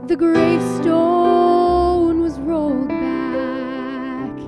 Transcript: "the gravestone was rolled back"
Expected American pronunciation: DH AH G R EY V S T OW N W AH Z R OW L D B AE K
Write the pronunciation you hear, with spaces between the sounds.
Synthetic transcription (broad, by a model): DH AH G R EY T S T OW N W AH Z R OW L D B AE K